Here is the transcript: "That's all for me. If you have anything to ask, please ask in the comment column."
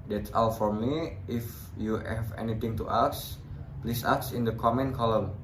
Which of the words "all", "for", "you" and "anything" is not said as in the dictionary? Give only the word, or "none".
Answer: anything